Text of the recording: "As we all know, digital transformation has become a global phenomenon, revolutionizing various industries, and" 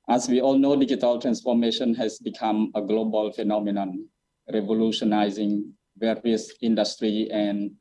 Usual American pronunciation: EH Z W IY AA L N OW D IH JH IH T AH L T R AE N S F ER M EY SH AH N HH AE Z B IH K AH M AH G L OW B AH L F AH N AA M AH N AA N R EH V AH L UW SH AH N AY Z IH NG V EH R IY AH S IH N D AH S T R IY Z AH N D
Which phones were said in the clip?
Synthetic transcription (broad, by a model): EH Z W IY AA L N OW D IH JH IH T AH L T R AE N S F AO M EY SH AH N HH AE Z B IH K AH M AH G L OW B AH L F AH N AA M AH N AA N R EH V AH L UW SH AH N AY Z IH NG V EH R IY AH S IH N D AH S T R IY AH N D